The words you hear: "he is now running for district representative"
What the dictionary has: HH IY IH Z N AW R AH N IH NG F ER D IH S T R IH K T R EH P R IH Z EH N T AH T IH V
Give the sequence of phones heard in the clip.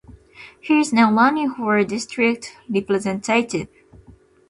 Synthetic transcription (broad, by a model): HH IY IH Z N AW L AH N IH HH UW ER D IH S T R IH K T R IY P L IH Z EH N T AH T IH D